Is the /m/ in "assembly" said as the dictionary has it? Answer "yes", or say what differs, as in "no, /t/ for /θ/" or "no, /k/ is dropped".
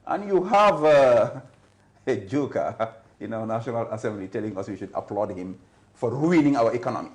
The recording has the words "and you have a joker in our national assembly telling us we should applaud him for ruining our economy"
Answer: yes